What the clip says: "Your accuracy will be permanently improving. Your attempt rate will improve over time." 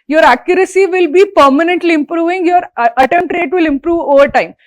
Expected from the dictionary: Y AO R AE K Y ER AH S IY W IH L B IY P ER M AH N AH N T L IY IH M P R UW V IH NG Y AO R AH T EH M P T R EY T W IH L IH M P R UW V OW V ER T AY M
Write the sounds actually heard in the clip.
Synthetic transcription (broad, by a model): Y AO R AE K Y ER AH S IY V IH L B IY P ER M AH N AH N T L IY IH M P R UW V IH NG Y AO R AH T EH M T R EY T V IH L IH M P R UW V OW V ER T AY M